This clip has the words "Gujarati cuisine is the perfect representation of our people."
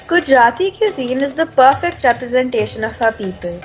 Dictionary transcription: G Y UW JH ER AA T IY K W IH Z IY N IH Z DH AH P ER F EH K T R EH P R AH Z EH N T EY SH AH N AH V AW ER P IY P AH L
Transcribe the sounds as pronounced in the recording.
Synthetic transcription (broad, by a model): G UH JH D AA T IY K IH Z IY N IH Z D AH P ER F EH K T R EH P R AH Z EH N T EY SH AH N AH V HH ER P IY P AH L